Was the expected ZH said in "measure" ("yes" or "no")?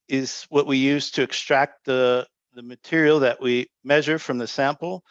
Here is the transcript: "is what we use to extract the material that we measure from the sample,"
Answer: yes